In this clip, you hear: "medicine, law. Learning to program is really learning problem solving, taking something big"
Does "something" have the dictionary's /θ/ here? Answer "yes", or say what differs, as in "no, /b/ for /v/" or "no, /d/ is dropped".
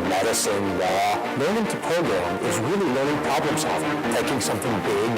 yes